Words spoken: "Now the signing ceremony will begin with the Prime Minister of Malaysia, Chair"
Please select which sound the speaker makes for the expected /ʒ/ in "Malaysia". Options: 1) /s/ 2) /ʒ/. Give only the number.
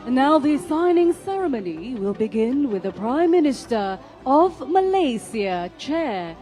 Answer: 1